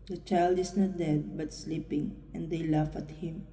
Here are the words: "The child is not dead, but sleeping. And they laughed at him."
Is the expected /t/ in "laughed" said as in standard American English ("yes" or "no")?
no